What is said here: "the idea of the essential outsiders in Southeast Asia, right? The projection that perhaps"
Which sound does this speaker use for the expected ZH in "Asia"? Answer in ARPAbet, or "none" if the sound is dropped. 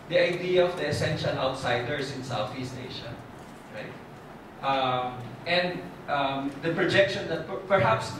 SH